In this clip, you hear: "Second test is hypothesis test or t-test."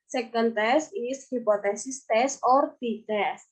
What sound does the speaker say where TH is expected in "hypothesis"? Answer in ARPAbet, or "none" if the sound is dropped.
T